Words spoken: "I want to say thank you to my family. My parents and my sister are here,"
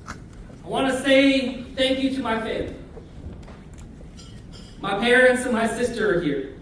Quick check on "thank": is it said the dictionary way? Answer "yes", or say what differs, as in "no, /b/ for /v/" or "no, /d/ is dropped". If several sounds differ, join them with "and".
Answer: yes